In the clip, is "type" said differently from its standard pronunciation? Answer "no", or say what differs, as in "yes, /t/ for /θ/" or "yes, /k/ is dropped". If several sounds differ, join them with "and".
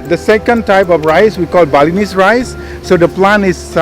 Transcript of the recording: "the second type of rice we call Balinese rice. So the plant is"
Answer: no